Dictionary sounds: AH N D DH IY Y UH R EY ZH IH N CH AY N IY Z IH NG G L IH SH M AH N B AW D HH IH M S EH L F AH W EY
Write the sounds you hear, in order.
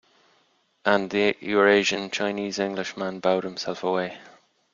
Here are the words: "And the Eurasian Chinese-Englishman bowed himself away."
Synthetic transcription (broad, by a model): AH N DH IY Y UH R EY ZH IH N CH AY N IY Z IH NG G L IH SH M AH N B AW D HH IH M S EH L F AH W EY